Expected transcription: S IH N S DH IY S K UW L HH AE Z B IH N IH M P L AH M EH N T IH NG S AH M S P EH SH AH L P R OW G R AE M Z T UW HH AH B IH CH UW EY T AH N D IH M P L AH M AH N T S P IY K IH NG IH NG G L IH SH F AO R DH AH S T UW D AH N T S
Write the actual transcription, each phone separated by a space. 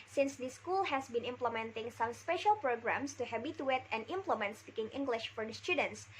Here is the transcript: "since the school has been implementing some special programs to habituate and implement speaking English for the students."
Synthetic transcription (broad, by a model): S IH N S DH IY S K UW L HH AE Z B IH N IH M P L AH M EH N T IH NG S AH M S P EH SH AH L P R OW G R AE M S T UW HH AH B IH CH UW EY T AH N D IH M P L AH M AH N T S P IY K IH NG IH NG G L IH SH F AO R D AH S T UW D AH N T S